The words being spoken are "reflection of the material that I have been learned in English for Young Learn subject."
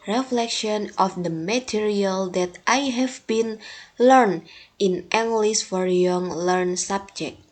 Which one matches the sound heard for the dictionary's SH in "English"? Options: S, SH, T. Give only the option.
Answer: S